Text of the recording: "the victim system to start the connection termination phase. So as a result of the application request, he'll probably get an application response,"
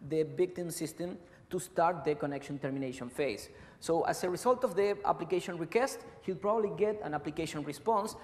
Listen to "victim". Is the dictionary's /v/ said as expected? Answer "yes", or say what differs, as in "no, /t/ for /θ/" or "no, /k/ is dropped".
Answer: no, /b/ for /v/